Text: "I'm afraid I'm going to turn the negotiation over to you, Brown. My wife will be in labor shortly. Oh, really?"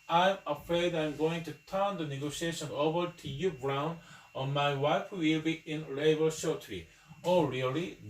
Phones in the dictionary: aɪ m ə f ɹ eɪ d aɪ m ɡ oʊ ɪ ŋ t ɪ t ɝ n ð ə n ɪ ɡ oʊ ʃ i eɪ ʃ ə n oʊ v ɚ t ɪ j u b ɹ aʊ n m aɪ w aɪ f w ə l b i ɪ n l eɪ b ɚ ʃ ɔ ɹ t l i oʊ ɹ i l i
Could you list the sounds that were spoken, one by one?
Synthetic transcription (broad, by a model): aɪ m ə f ɹ eɪ d aɪ m ɡ oʊ ɪ ŋ t ɪ t ɝ n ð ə n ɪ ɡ oʊ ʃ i eɪ ʃ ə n oʊ v ɚ t ɪ j u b ɹ aʊ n m aɪ w aɪ f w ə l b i ɪ n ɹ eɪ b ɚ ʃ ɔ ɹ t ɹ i oʊ ɹ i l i